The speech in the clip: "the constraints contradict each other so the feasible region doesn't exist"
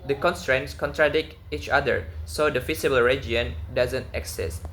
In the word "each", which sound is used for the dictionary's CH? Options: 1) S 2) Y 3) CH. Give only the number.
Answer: 3